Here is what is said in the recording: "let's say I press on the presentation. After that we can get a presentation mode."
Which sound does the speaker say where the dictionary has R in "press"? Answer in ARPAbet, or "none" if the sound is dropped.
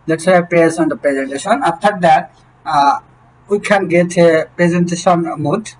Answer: none